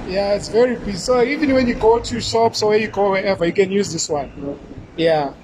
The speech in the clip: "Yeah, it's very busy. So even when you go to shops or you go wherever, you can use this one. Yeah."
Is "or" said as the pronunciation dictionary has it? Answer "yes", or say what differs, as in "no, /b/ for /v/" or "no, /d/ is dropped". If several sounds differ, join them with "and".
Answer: no, /w/ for /ɹ/